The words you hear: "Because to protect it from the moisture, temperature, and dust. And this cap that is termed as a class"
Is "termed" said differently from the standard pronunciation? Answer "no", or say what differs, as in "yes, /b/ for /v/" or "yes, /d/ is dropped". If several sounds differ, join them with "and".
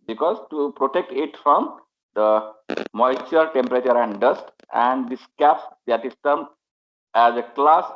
yes, /d/ is dropped